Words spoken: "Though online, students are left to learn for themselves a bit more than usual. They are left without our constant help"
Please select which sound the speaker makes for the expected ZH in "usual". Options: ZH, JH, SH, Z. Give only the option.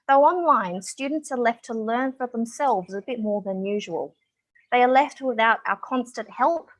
ZH